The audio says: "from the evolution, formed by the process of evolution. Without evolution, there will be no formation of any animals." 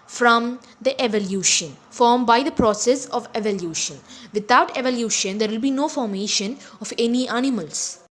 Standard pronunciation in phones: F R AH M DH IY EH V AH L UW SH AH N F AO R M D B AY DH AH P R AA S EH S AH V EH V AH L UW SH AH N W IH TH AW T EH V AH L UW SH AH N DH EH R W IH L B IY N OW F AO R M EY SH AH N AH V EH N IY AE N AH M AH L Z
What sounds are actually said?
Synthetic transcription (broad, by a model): F R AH M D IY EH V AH L UW SH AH N F AO R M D B AY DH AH P R AA S EH S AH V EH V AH L UW SH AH N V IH T AW T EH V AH L UW SH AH N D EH R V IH L B IY N OW F AO R M EY SH AH N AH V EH N IY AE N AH M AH L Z